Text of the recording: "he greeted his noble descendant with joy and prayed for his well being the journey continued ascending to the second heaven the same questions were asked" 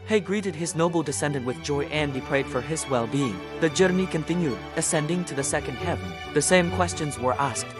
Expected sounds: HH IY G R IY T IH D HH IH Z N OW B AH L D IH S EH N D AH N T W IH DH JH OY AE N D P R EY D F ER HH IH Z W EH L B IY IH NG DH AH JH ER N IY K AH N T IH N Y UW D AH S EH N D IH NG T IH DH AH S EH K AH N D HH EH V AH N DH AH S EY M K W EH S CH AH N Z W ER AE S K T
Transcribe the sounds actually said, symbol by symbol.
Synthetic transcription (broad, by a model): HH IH G R IY T IH D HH IH Z N OW B L D IH S EH N D AH N T W IH DH JH OY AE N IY P R EY D F ER IH Z W EH L B IY IH NG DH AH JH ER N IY K AH N T IH N Y UW D AH S EH N D IH NG T IH DH AH S EH K AH N D HH EH V AH N DH AH S EY M K W EH S CH AH N Z W ER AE S K T